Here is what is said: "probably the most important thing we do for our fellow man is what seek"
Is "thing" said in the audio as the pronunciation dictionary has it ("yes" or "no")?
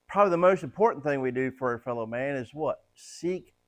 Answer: yes